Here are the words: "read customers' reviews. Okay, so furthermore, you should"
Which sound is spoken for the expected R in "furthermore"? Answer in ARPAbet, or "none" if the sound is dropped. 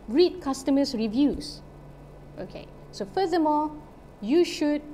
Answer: L